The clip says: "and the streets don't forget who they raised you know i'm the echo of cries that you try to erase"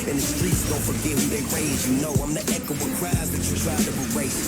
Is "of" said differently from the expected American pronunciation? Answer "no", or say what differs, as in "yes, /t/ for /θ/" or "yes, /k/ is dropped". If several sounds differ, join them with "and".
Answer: yes, /w/ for /v/